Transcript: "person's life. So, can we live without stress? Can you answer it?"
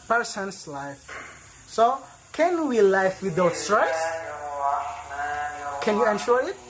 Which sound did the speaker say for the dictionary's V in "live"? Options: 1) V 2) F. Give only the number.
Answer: 2